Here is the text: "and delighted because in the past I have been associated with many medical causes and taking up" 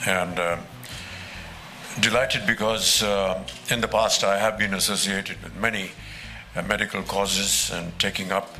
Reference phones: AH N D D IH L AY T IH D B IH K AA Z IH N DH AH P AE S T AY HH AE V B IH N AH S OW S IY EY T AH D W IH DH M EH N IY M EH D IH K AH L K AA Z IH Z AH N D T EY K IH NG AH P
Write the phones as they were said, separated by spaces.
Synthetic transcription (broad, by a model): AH N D D IH L AY T IH D B IH K AA Z IH N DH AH P AE S T AY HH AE V B IH N AH S OW S IY EY T AH D W IH DH M EH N IY M EH D IH K AH L K AA Z IH Z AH N T EY K IH NG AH P